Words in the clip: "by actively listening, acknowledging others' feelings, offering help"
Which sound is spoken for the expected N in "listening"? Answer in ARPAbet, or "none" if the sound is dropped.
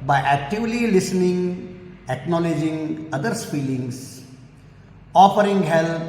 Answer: N